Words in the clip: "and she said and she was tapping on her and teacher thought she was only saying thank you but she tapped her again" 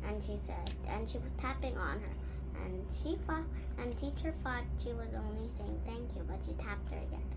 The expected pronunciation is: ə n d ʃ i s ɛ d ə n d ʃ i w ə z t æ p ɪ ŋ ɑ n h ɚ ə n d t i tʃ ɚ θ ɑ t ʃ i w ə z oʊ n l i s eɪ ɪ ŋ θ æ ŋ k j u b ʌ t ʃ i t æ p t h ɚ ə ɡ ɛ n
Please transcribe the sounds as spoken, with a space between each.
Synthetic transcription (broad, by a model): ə n ʃ i s ɛ d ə n ʃ i w ə z t æ p ɪ ŋ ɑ n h ɚ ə n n t i tʃ ɚ f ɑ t ʃ i w ə z oʊ n l i s eɪ ɪ ŋ θ æ ŋ k j u b ʌ t ʃ i t æ p t h ɚ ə ɡ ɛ n